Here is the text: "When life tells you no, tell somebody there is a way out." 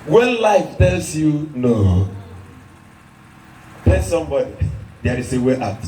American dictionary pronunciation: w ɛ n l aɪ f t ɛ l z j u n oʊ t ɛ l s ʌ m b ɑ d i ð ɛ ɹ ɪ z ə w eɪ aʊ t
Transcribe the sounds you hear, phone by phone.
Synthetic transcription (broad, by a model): w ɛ n l aɪ f t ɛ l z j u n oʊ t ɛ s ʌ m b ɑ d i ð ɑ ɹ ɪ s ə w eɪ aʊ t